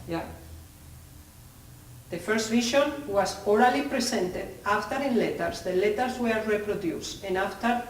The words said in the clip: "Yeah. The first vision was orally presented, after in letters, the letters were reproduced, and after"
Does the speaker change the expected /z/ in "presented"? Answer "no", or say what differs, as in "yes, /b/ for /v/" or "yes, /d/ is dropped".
yes, /s/ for /z/